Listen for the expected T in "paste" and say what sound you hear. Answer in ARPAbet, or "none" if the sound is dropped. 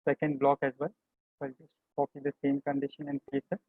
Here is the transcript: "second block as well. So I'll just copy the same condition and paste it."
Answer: none